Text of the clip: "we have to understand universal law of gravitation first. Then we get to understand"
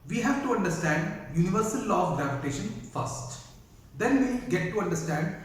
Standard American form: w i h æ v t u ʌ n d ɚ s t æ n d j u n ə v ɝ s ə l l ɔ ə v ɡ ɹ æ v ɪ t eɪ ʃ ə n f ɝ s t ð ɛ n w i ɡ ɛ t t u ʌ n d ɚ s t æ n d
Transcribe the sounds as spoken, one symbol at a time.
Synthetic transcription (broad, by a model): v i h æ v t u ʌ n d ɚ s t æ n d j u n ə v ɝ s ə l l ɔ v ɡ ɹ æ v ɪ t eɪ ʃ ə n f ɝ s t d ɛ n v i ɡ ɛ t t u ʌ n d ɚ s t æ n d